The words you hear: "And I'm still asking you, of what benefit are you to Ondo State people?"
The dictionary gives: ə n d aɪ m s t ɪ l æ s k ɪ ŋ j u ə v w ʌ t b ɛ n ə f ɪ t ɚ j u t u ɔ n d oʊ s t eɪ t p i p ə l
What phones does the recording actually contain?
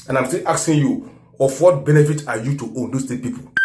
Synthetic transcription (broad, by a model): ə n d aɪ m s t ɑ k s ɪ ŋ j u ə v w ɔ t b ɛ n ə f ɪ t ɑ j u t u ɔ n d oʊ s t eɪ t p i p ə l